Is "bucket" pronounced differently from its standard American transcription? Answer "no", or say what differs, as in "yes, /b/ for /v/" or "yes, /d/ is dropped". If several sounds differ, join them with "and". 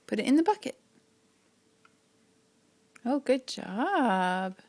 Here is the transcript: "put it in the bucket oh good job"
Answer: yes, /t/ is dropped